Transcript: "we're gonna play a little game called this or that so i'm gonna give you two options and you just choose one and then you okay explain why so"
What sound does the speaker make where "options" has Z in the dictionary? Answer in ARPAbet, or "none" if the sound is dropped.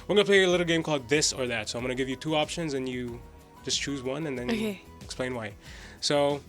Z